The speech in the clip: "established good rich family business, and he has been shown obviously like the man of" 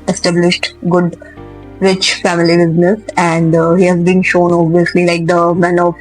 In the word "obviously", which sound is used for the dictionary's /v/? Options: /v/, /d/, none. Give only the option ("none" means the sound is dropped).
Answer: none